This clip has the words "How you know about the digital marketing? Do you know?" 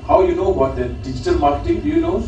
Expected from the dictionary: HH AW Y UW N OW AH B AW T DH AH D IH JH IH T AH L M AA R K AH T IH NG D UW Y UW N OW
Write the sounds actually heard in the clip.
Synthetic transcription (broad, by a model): HH AW Y UW N OW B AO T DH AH D IH JH IH T AH L M AA R K AH T IH NG D UW Y UW N OW